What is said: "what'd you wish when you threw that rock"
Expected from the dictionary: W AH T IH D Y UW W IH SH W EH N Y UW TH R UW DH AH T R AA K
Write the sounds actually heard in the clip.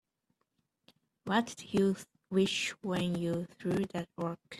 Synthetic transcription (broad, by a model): W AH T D Y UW W IH SH W EH N Y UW TH R UW DH AH T W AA K